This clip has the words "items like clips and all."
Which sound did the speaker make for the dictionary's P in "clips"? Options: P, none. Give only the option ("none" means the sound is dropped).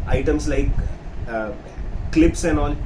P